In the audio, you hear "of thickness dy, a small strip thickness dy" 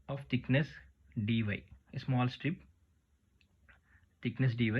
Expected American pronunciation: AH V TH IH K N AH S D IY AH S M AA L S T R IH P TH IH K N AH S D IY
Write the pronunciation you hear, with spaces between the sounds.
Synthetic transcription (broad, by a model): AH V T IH K N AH S D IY AH S M AA L S T R IH P T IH K N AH S D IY